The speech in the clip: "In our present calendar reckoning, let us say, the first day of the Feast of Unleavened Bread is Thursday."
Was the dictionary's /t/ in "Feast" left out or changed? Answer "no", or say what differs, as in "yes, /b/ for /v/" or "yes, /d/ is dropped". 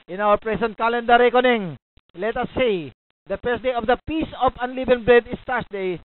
yes, /t/ is dropped